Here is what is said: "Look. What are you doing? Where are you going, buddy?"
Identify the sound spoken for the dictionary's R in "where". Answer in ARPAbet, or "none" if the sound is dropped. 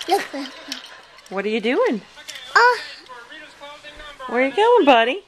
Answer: W